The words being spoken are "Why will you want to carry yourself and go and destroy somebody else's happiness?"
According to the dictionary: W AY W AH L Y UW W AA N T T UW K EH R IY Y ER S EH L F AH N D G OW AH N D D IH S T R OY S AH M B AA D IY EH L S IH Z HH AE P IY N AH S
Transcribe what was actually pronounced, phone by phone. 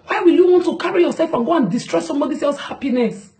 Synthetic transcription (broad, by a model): W AY W AH L Y UW W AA N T T UW K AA R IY Y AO S EH L F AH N G OW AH N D D IH S T R OY S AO M B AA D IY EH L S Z HH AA P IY N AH S